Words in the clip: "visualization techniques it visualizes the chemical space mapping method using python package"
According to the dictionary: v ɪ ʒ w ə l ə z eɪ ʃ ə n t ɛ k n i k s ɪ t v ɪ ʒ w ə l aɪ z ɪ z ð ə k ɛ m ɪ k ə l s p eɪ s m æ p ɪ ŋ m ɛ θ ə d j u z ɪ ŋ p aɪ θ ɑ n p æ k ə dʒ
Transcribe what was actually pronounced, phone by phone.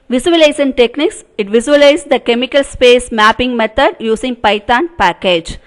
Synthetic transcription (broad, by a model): v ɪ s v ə l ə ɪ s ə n t ɛ k n i k s ɪ t v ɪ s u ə l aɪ ɪ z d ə k ɛ m ɪ k ə l s p eɪ s m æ p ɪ ŋ m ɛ t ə d j u s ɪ ŋ p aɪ t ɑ n p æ k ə dʒ